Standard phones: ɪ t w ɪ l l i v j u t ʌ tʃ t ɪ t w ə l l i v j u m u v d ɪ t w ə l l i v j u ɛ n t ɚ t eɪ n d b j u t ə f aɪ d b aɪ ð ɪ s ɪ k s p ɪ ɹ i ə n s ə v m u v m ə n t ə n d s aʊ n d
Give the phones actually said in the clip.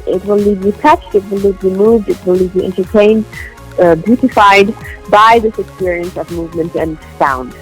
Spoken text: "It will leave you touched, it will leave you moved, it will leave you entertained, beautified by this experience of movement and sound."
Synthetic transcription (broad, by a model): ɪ t w ɪ l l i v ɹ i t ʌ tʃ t ɪ t w ə l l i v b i m u v d ɪ t w ə l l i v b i ɛ n t ɚ t eɪ n d b j u t ə f aɪ d b aɪ ð ɪ s ɪ k s p ɪ ɹ i ə n s ə v m u v m ə n t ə n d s aʊ n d